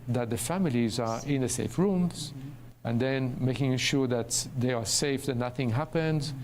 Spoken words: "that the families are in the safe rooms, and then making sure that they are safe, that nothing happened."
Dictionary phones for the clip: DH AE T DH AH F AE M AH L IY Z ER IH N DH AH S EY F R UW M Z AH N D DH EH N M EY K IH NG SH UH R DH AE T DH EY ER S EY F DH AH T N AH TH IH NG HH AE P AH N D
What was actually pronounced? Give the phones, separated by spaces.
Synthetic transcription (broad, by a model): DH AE T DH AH F AE M AH L IY Z ER IH N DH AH S EY F R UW M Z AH N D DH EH N M EY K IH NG SH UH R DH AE T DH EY ER S EY F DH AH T N AH TH IH NG HH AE P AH N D